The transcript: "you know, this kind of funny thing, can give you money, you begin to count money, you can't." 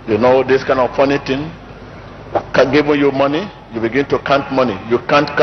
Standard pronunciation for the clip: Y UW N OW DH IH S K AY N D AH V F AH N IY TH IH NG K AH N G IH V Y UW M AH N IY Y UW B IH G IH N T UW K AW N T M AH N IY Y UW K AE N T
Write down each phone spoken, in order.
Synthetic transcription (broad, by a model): Y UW N OW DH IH S K AY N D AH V P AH N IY T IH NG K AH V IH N Y UW M AH N IY Y UW B IH G IH N T UW K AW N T M AH N IY Y UW K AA N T